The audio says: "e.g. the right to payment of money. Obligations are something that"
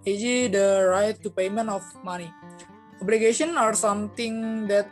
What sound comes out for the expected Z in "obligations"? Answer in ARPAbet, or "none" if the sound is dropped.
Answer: none